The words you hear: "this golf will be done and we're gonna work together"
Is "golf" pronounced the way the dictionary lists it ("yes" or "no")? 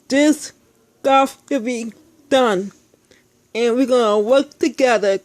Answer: no